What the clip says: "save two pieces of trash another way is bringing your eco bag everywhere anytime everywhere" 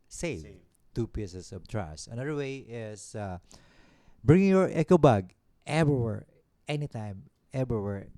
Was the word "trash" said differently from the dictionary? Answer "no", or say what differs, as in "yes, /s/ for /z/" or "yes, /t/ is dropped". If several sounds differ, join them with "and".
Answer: yes, /s/ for /ʃ/